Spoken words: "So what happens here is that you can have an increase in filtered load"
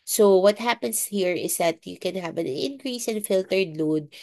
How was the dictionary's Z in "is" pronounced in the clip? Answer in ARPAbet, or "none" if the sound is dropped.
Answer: S